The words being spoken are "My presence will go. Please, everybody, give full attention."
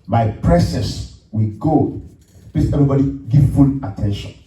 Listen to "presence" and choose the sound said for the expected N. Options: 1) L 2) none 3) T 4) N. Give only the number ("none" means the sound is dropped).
2